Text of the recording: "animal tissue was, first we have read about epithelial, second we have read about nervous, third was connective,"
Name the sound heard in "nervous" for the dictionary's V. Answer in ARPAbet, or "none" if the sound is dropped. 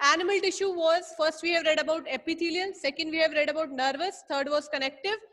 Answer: V